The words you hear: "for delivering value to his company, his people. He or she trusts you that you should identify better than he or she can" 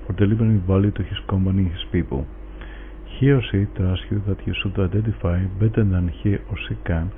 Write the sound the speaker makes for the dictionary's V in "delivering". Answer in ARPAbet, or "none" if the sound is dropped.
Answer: B